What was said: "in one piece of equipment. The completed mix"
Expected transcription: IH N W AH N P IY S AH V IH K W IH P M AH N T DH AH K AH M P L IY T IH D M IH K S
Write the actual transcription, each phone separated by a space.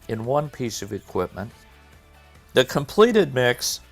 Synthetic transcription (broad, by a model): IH N W AH N P IY S AH V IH K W IH P M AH N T DH AH K AH M P L IY T IH D M IH K S